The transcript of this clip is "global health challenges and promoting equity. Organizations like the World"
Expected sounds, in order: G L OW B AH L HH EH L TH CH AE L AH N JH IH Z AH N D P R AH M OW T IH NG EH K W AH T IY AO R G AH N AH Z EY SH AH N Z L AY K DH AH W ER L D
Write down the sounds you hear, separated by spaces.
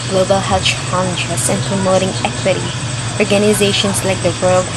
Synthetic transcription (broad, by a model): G L OW B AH L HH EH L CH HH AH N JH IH S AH N P R AH M OW T IH NG EH K W AH T IY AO R G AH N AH Z EY SH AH N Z L AY K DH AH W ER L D